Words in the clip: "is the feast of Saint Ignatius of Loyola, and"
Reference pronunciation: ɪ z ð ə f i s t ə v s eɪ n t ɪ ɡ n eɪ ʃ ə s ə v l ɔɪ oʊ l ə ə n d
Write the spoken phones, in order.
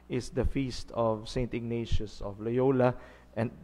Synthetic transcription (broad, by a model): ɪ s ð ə f i s t ə v s eɪ n t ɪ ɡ n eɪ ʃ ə s ə v l ɔɪ oʊ l ə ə n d